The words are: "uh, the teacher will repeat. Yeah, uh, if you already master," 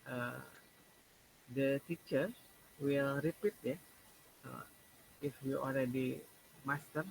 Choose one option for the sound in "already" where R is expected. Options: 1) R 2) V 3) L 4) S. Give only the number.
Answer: 3